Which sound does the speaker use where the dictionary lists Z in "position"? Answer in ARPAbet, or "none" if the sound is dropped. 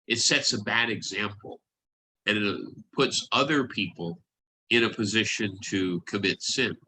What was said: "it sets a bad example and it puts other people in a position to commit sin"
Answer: Z